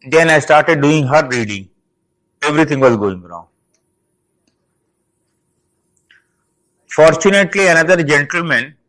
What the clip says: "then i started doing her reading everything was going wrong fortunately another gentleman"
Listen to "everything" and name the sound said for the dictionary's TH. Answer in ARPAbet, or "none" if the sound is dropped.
T